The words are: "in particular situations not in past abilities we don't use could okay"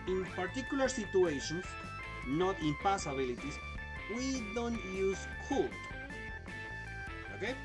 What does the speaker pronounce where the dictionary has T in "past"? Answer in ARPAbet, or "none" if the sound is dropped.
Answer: none